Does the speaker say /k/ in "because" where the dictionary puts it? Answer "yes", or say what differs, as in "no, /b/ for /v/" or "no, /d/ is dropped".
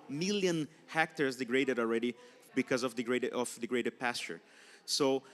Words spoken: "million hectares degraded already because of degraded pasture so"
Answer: yes